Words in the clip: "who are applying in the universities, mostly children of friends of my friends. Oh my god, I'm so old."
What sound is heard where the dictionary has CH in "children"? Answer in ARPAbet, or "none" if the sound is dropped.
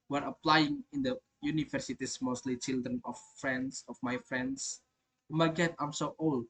CH